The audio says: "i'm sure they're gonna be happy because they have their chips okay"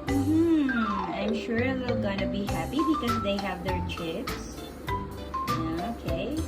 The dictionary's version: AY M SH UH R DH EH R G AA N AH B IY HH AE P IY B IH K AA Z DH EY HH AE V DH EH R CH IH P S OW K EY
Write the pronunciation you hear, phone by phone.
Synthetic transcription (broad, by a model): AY M SH UH R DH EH L G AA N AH B IY HH AE P IY B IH K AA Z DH EY HH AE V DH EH R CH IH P S OW K EY